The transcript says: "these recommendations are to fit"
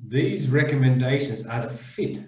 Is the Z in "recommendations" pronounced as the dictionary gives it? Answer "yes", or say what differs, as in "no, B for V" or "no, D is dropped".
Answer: yes